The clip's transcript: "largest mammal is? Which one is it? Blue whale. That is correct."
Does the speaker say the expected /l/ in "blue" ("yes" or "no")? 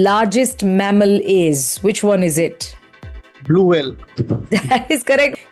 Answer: yes